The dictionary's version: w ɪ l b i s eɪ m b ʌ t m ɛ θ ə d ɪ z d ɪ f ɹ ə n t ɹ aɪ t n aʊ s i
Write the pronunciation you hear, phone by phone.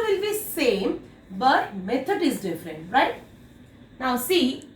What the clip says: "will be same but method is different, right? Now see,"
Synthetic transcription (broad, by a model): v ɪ l b i s eɪ m b ʌ t m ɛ t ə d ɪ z d ɪ f ɹ ə n t ɹ aɪ t n aʊ s i